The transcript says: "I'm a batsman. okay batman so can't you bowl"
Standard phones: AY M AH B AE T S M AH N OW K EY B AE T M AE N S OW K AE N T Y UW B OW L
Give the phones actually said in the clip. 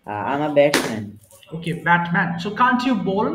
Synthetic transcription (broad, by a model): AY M AH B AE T M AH N OW K EY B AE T M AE N S OW K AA N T Y UW B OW L